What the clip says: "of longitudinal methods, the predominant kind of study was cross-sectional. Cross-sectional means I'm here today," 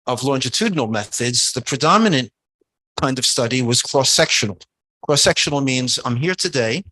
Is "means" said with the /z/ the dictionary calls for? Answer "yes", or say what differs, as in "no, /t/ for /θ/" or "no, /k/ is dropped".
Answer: yes